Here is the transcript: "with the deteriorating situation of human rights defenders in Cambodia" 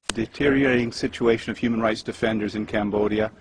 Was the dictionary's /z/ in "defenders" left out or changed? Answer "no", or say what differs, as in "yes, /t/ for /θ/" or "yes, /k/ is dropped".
no